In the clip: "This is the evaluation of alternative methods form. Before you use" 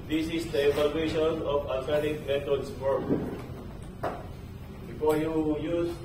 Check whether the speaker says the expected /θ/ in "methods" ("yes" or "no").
no